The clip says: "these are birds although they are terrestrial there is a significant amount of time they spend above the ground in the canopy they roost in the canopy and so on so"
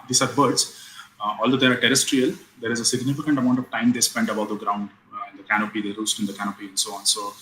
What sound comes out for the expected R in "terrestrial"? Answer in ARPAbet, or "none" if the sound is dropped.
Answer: R